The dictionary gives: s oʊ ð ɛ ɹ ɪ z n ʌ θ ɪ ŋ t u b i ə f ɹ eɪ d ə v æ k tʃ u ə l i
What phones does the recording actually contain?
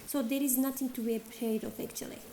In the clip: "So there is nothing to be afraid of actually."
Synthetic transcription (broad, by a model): s oʊ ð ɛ ɹ ɪ z n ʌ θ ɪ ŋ t u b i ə p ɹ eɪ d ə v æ k tʃ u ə l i